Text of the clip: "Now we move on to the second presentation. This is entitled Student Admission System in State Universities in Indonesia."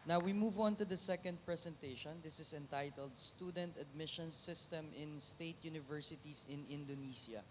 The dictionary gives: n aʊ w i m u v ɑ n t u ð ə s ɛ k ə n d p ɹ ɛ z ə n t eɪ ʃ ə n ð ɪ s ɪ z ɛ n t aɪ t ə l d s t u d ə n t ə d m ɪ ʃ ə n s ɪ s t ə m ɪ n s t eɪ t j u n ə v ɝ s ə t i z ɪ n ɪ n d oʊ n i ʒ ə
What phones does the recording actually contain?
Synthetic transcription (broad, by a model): n aʊ w i m u v ɑ n t u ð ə s ɛ k ə n d p ɹ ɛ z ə n t eɪ ʃ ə n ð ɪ s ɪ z ɛ n t aɪ t ə l d s t u d ə n t ə d m ɪ ʃ ə n s ɪ s t ə m ɪ n s t eɪ t j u n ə v ɝ s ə t i s ɪ n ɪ n d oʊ n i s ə